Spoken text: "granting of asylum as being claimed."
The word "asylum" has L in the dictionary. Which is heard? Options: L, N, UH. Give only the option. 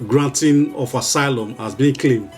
L